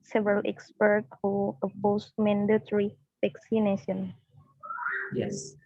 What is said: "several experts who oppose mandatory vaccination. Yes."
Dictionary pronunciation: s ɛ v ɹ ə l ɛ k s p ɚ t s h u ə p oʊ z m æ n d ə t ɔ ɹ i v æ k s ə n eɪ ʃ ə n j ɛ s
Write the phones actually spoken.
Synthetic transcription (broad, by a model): s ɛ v ɹ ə l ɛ k s p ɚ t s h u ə b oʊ s m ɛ n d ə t ɹ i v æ k s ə n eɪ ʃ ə n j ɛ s